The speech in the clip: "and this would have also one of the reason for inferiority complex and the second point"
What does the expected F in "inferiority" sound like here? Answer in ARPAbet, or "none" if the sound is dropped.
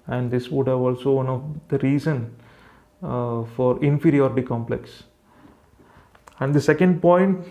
F